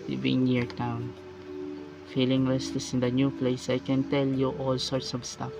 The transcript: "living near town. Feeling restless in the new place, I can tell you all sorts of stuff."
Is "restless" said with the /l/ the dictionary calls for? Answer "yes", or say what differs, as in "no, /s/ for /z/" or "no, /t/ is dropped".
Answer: no, /l/ is dropped